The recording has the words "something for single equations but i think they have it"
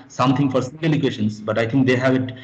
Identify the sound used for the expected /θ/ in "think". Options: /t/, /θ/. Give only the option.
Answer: /t/